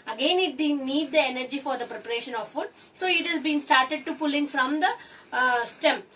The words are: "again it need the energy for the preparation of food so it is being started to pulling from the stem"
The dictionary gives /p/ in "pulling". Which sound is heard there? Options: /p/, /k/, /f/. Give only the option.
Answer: /p/